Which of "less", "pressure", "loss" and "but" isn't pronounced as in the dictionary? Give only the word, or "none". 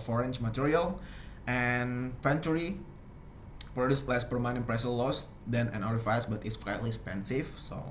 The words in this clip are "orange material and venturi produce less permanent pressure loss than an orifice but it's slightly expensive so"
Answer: pressure